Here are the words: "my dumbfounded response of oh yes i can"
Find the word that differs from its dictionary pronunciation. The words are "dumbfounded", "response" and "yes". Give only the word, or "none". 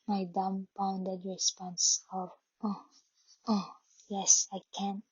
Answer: dumbfounded